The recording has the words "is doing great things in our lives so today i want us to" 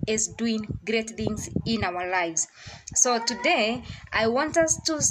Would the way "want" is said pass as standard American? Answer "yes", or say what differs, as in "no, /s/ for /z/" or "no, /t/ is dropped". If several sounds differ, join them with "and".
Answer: yes